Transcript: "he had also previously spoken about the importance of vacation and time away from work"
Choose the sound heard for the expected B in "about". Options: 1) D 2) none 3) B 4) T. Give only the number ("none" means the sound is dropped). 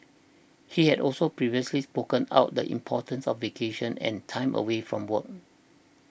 2